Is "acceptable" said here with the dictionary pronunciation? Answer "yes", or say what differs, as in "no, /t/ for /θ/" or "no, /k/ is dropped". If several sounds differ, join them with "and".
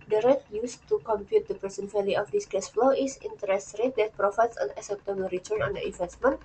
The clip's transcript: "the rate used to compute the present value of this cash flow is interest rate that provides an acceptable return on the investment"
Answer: no, /k/ is dropped